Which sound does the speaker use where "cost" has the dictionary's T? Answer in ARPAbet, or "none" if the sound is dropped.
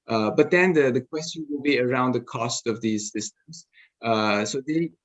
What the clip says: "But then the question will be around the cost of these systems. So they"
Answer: T